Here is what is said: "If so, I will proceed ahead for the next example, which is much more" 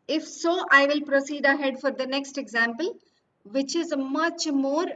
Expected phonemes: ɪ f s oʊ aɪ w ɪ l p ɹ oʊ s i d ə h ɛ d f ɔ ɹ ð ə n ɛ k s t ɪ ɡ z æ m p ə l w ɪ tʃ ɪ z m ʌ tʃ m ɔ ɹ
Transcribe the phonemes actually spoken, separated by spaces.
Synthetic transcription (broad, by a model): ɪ f s oʊ aɪ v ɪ l p ɹ oʊ s i d ə h ɛ d f ɔ ɹ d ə n ɛ k s t ɪ ɡ z æ m p ə l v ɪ tʃ ɪ z m ʌ tʃ m ɔ ɹ